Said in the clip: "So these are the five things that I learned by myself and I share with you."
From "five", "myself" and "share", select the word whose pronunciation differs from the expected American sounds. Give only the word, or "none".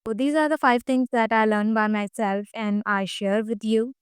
none